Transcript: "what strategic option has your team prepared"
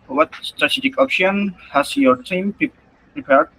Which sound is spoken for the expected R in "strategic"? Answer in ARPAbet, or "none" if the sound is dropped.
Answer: R